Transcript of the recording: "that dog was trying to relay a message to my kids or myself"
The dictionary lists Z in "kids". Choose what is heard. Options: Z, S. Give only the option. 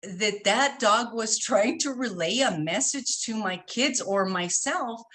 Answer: Z